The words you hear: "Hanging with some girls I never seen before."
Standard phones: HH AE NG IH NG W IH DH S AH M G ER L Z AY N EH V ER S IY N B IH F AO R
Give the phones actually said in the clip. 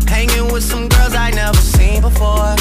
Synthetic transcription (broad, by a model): HH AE NG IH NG W IH DH S AH M G ER L Z AY N EH V ER S IY N B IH F AO R